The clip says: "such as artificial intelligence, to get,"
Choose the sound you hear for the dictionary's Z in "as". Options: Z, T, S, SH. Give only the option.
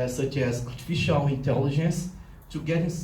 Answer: S